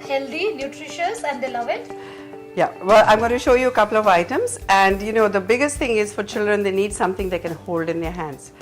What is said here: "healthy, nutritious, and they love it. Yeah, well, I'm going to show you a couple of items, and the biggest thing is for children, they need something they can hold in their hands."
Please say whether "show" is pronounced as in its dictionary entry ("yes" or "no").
yes